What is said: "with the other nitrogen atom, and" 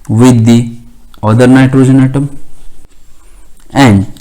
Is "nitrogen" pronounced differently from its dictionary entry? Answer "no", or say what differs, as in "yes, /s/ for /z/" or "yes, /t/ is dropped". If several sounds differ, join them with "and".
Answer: no